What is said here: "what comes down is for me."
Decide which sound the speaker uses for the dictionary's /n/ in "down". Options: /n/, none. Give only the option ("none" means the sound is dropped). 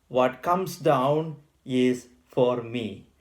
/n/